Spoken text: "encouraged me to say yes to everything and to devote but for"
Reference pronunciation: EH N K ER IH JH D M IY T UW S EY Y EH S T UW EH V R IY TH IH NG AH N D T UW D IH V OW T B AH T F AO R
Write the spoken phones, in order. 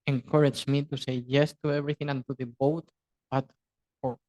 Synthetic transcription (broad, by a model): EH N K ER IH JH M IY T UW S EY Y EH S T UW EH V R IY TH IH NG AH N T UW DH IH B OW T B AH T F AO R